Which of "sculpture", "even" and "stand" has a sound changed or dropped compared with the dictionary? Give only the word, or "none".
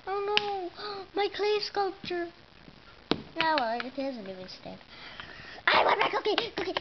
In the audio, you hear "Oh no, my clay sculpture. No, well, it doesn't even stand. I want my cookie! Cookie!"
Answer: stand